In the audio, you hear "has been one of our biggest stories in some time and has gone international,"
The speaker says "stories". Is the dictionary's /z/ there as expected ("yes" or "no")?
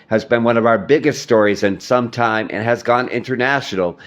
yes